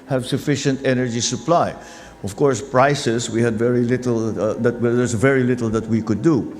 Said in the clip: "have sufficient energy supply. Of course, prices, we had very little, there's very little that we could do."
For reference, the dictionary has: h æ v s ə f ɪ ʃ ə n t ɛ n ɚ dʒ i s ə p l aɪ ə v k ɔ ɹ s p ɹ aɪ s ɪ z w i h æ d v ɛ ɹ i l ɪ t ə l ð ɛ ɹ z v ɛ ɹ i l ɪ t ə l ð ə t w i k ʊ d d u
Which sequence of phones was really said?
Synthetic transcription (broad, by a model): h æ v s ə f ɪ ʃ ə n t ɛ n ɚ dʒ i s ə p l aɪ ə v k ɔ ɹ s p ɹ aɪ s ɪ s w i h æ d v ɛ ɹ i l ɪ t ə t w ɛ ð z v ɛ ɹ i l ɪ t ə l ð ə t w i k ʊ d d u